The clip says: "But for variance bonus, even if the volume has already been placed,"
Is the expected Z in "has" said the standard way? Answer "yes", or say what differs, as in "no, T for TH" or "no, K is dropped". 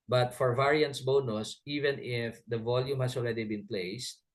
no, S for Z